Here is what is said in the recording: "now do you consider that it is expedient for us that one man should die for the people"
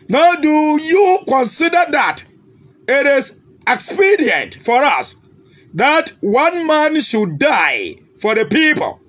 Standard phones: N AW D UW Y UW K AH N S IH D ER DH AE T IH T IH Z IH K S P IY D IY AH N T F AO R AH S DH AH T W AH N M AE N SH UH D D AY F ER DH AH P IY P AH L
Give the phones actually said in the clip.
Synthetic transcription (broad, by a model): N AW D UW Y UW K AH N S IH D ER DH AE T IH T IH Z IH K S P IY D IY AH N T F AO R AH S DH AH T W AH N M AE N SH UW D D AY F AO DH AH P IY P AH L